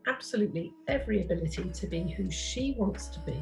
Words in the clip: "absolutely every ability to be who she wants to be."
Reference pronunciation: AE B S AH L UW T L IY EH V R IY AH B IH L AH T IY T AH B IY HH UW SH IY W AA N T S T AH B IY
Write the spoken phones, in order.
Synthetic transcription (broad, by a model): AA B S AH L UW T L IY EH V R IY AH B IH L AH T IY T AH B IY HH UW SH IY W AA N T S T AH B IY